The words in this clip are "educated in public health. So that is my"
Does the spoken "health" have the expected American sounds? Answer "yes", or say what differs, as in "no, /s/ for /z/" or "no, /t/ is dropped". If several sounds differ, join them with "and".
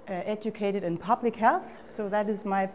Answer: yes